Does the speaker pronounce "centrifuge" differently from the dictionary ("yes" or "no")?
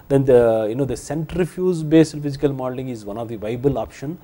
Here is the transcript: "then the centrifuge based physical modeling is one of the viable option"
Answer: yes